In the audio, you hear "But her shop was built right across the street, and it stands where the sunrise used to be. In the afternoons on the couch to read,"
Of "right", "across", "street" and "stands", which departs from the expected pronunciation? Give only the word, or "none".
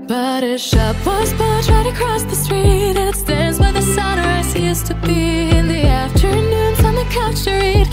none